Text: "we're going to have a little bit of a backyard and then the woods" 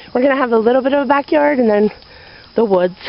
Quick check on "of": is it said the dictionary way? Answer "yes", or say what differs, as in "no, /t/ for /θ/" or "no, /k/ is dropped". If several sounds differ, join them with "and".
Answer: yes